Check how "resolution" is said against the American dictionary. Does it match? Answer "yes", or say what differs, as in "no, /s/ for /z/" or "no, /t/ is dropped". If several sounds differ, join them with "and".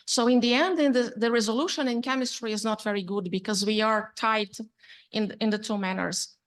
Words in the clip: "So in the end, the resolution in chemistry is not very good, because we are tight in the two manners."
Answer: yes